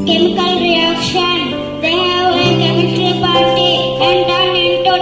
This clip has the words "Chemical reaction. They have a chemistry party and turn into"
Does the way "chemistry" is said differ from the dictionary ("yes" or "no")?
yes